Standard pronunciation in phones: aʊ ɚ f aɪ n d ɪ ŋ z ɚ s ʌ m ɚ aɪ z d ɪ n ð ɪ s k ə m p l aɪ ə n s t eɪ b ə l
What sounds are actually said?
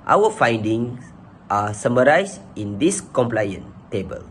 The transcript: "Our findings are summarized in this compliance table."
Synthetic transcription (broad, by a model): aʊ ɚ f aɪ n d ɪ ŋ s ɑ s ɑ m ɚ aɪ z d ɪ n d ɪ s k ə m p l aɪ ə n t eɪ b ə l